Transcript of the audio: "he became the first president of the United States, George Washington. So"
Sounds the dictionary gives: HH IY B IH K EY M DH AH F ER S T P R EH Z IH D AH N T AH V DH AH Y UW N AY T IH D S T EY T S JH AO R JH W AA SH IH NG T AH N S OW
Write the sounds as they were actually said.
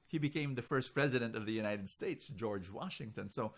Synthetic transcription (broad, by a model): HH IY B IH K EY M DH AH F ER S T P R EH Z IH D AH N T AH V DH AH Y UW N AY T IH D S T EY T S JH AO R JH W AA SH IH NG T AH N S OW